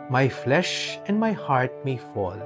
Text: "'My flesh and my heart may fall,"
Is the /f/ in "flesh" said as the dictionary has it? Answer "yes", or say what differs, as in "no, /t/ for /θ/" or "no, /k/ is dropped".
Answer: yes